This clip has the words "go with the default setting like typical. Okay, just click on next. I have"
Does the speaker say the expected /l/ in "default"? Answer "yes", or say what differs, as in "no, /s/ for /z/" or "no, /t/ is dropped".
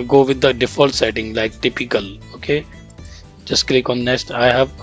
yes